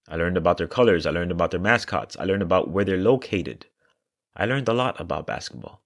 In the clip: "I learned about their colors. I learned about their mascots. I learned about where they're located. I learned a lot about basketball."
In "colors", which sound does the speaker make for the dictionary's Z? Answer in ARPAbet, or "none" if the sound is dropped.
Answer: Z